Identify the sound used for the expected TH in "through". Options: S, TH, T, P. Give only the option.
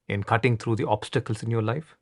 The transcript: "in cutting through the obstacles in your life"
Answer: T